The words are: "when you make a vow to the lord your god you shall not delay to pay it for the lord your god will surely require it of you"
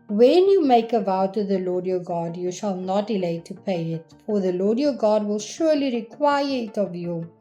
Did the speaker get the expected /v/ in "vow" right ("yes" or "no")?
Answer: yes